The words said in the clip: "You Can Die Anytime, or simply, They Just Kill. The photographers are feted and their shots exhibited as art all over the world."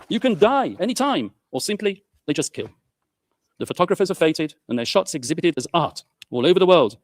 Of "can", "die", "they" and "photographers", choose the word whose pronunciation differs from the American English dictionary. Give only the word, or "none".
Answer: none